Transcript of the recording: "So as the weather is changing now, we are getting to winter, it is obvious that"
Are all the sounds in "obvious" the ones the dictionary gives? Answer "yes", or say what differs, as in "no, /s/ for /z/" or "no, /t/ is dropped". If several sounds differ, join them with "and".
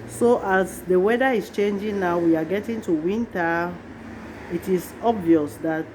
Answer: yes